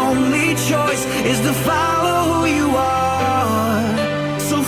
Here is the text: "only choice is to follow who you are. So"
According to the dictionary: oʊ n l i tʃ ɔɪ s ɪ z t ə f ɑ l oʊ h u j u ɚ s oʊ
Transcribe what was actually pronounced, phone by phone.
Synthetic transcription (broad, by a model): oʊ n l i tʃ ɔɪ s ɪ z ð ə f ɑ l oʊ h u j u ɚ s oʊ